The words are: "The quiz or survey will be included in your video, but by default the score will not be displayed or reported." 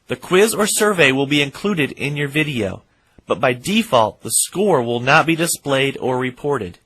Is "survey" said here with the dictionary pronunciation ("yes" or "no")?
yes